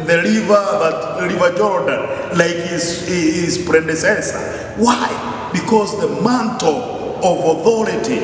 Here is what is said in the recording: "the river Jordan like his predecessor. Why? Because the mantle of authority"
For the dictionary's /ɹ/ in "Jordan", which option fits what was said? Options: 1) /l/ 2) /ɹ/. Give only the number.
2